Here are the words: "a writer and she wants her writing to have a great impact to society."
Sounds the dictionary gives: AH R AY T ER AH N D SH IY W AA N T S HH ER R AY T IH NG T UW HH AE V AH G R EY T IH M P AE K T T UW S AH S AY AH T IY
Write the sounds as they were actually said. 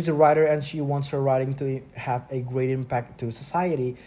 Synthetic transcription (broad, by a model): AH R AY T ER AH N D SH IY W AA N T S HH ER R AY T IH NG T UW HH AE V AH G R EY T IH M P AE K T T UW S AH S AY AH T IY